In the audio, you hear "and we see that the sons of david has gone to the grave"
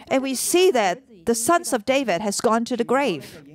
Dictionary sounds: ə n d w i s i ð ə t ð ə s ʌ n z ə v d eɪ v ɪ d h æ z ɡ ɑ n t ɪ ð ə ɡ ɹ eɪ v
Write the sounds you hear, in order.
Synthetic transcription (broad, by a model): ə n w i s i ð ə t ð ə s ʌ n z ə v d eɪ v ɪ d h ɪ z ɡ ɑ n t ɪ ð ə ɡ ɹ eɪ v